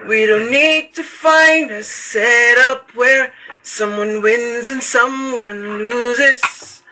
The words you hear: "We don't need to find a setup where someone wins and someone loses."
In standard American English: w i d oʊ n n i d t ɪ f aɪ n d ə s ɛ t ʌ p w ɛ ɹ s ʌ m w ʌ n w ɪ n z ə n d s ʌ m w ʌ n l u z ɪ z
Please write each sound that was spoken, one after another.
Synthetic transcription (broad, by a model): w i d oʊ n n i d t ɪ f aɪ n d ə s ɛ t ʌ p w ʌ ɹ s ʌ m w ʌ n w ɪ n z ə n s ʌ m w ʌ n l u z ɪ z